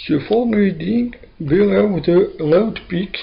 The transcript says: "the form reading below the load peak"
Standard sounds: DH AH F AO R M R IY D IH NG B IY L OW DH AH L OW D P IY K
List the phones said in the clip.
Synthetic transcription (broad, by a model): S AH F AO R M L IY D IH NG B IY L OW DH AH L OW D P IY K